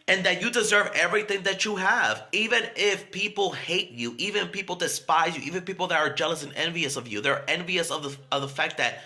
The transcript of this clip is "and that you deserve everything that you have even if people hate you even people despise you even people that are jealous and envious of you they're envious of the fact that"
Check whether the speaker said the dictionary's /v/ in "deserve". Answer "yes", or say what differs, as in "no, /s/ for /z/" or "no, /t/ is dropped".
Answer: yes